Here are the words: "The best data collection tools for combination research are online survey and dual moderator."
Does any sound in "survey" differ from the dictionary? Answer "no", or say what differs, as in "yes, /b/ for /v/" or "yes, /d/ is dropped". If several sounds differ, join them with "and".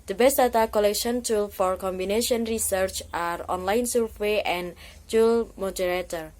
yes, /w/ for /v/